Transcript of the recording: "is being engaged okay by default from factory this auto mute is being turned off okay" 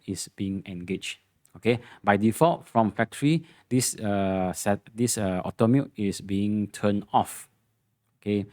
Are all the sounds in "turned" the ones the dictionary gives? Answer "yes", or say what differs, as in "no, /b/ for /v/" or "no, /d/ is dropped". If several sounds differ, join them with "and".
no, /d/ is dropped